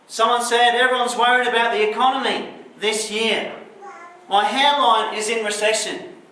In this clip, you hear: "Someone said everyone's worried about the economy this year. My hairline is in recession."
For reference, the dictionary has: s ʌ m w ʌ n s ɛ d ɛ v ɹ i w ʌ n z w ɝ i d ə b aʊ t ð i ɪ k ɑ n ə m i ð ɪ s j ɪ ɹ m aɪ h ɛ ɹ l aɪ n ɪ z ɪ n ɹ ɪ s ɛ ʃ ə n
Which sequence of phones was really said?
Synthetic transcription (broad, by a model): s ʌ m w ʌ n s ɛ d ɛ v ɹ i w ʌ n z w ɝ i d ə b aʊ t ð i ɪ k ɑ n ə m i ð ɪ s j ɪ ɹ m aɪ h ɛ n l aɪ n ɪ z ɪ n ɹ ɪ s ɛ ʃ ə n